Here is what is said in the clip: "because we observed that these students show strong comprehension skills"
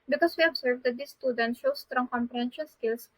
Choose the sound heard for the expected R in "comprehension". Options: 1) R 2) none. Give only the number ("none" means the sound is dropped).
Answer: 2